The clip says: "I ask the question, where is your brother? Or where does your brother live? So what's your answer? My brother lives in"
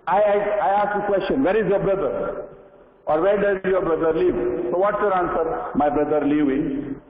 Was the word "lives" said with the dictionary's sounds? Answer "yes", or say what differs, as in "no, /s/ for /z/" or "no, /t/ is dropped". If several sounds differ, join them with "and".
no, /z/ is dropped